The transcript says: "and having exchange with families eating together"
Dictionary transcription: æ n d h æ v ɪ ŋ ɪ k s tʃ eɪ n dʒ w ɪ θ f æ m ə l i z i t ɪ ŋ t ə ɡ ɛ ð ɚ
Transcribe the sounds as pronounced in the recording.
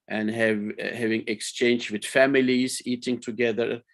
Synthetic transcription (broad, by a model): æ n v h æ v ɪ ŋ ɪ k s tʃ eɪ n dʒ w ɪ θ f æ m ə l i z i t ɪ ŋ t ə ɡ ɛ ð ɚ